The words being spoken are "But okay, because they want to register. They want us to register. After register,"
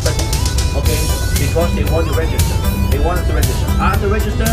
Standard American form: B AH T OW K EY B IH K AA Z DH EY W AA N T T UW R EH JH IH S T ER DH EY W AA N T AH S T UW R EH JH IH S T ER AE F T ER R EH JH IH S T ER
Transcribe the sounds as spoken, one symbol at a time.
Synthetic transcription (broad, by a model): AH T OW K EY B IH K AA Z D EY W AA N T T UW R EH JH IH S T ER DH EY W AA N T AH T UW R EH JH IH S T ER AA T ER R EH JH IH S T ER